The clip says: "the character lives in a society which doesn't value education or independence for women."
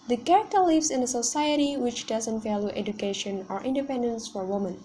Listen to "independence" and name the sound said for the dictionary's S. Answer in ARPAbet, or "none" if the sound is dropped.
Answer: S